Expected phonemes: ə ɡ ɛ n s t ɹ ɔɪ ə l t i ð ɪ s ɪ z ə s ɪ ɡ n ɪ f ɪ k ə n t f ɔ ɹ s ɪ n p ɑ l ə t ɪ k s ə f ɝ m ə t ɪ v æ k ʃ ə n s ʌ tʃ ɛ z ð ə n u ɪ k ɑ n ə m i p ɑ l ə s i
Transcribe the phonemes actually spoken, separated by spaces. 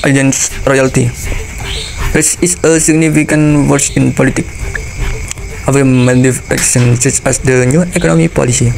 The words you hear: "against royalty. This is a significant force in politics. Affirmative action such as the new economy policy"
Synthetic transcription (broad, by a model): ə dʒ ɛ n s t ɹ ɔɪ ə l t i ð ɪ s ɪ s ə s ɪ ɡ n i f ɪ k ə n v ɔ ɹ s ɪ n p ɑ l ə t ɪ k ə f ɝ m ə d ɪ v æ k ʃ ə n s ʌ tʃ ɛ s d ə n u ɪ k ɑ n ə m i p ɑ l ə s i